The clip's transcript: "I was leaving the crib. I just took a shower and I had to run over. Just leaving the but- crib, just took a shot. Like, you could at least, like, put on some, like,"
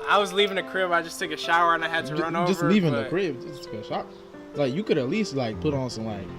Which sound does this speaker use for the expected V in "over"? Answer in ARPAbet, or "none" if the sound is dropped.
none